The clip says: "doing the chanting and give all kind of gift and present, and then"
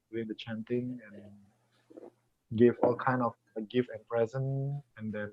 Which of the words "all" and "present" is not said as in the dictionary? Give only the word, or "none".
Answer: present